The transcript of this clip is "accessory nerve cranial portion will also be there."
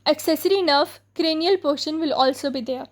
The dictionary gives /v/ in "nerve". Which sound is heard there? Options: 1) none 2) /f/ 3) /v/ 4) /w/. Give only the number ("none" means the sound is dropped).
2